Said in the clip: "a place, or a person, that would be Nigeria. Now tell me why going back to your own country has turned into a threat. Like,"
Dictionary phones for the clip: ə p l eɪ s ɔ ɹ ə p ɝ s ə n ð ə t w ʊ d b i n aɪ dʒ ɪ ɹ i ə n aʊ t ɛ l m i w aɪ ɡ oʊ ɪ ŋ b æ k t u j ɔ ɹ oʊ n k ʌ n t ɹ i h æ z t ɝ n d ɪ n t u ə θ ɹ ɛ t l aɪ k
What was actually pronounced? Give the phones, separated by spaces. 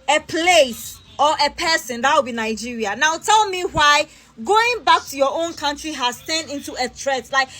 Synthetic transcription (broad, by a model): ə p l eɪ s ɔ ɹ ə p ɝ s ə n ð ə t w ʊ b i n aɪ dʒ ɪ ɹ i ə n aʊ t ɛ l m i w aɪ ɡ oʊ ɪ ŋ b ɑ k t u j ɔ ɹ oʊ n k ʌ n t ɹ i h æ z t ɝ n ɪ n t u ə t ɹ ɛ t l aɪ k